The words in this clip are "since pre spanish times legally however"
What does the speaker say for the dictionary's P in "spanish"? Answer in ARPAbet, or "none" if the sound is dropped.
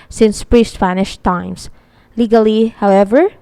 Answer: F